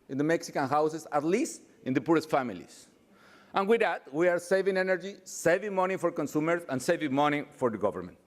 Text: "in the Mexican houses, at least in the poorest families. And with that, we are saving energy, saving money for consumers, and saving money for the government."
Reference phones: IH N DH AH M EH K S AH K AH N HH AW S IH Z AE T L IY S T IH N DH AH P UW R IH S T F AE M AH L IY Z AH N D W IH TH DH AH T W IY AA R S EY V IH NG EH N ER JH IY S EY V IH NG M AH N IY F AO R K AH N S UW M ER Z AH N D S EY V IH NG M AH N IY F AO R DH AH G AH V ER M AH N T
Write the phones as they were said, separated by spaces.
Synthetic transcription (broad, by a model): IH N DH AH M EH K S AH K AH N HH AW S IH S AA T L IY S T IH N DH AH P UW R IH S T F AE M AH L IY S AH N W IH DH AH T W IY AA R S EY V IH NG EH N ER JH IY S EY V IH NG M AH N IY F AO R K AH N S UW M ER S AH N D S EY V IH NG M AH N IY F AO R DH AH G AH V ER M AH N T